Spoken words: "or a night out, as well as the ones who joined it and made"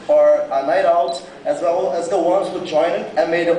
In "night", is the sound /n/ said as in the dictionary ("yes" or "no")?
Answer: yes